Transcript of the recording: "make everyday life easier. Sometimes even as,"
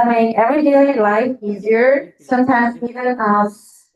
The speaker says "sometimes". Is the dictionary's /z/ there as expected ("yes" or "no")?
yes